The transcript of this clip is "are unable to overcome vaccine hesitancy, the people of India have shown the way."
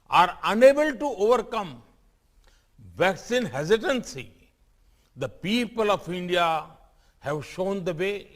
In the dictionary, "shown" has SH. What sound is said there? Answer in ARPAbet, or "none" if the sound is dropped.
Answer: SH